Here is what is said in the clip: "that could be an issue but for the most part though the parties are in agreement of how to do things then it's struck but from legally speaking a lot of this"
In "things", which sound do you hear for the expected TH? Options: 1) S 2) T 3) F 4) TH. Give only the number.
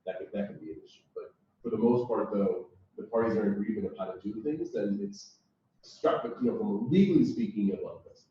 4